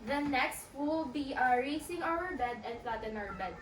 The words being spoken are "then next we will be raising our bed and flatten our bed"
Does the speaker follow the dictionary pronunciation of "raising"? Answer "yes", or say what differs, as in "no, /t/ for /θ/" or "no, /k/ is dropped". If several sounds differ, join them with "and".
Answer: no, /s/ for /z/